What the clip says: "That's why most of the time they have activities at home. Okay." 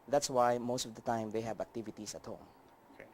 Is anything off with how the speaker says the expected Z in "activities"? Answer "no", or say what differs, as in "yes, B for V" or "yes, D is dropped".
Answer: yes, S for Z